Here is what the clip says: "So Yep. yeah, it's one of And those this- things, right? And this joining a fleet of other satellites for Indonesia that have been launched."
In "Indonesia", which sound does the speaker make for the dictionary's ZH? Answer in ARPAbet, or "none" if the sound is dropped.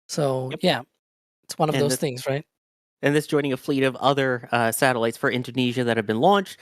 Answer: ZH